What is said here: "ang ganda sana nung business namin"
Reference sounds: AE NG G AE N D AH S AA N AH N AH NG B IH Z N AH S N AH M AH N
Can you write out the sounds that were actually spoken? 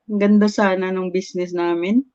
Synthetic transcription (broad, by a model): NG G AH N D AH S AA N AH N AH NG B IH S N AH S N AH M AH N